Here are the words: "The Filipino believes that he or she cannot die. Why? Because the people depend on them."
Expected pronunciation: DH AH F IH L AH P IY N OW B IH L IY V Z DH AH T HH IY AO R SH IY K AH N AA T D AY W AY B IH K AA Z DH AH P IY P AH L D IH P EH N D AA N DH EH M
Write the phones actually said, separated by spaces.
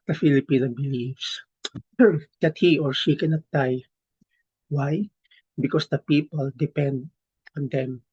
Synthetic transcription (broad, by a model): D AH F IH L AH P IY N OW B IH L IY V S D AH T HH IY AO R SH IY K AH N AA T D AY W AY B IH K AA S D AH P IY P AH L D IH P EH N D AA N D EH M